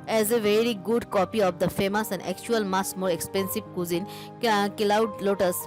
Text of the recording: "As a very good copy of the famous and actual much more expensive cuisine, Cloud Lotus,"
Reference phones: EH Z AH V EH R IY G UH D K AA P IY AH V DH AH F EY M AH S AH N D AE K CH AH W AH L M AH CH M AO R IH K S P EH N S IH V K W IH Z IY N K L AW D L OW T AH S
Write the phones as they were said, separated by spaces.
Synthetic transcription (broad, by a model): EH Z AH V EH R IY G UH D K AA P IY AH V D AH F EY M AH S AH N D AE K CH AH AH L M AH S M AO R IH K S P EH N S IH V K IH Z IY N K L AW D L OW T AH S